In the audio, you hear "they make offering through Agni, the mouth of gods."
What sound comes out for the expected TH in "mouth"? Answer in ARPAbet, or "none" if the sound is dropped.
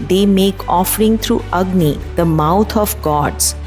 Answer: T